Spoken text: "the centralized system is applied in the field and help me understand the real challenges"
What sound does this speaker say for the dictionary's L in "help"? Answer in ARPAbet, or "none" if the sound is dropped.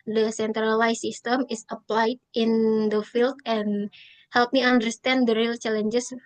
L